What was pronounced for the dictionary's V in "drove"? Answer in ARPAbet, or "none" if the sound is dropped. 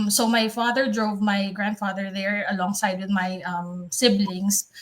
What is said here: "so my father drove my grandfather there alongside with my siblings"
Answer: V